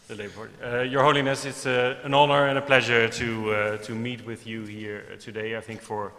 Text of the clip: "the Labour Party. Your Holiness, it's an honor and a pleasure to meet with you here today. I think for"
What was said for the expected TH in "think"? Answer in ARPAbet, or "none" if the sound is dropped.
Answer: TH